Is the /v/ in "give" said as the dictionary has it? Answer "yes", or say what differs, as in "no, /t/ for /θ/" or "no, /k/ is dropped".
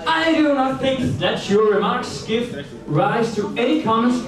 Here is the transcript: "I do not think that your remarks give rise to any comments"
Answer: no, /f/ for /v/